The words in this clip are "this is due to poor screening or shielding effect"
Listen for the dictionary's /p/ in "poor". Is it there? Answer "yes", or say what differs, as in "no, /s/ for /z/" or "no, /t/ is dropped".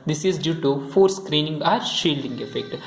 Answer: no, /f/ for /p/